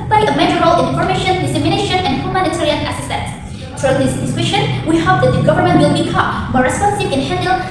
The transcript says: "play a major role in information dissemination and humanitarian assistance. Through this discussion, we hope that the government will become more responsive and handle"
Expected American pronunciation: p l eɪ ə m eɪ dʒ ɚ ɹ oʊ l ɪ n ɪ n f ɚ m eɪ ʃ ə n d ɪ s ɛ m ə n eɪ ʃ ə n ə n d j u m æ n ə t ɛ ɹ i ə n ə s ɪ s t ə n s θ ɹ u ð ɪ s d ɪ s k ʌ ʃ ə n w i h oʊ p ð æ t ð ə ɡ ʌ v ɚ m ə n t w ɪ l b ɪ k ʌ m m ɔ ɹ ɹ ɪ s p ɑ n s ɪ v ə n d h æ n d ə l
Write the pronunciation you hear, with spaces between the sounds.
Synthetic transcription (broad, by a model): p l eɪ ə m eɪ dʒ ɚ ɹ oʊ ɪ l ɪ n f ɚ m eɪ ʃ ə n d ɪ s ɛ m ə n eɪ ʃ ə n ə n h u m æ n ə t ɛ ɹ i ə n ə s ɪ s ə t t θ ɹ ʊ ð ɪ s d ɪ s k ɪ ʃ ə n w i h oʊ p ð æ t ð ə ɡ ʌ v ɚ m ə n t w ɪ l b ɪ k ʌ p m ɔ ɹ ɹ ɪ s p ɑ n s ɪ v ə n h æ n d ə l